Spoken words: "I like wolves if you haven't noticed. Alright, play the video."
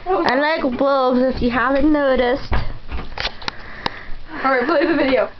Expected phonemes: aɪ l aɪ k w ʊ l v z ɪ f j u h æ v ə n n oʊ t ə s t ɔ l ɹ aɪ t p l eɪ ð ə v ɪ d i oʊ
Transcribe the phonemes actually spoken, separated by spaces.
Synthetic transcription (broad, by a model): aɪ l aɪ k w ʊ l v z ɪ f j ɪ h æ v ə n n oʊ t ə s t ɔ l ɹ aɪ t b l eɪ ð ə v ɪ d i oʊ